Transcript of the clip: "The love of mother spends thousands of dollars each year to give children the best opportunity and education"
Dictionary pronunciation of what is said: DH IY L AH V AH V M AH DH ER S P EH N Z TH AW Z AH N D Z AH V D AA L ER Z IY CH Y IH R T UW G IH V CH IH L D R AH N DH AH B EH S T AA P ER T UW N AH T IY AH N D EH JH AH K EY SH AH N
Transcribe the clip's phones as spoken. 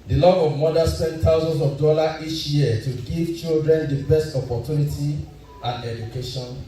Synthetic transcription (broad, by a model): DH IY L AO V AH V M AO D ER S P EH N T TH AW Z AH N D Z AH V D AA L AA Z IY CH Y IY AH T UW G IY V CH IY L D R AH N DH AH B EH S T AA P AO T UW N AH T IY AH N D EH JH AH K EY SH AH N